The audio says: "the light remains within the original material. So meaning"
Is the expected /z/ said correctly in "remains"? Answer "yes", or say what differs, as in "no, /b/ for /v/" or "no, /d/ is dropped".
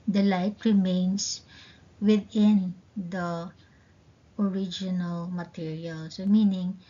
no, /s/ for /z/